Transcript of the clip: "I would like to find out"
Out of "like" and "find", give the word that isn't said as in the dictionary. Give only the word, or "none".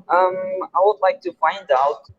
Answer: none